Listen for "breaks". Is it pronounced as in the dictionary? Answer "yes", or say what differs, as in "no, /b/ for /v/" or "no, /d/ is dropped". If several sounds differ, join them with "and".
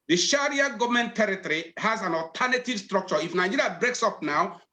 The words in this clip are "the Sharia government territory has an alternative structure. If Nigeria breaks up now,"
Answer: yes